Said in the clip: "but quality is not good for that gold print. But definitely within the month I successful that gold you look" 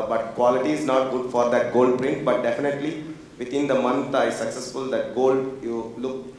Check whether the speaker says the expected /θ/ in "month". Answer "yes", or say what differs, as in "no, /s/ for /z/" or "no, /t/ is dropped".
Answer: no, /t/ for /θ/